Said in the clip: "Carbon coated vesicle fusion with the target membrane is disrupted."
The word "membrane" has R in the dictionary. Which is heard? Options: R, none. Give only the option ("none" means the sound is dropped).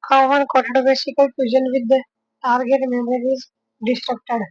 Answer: none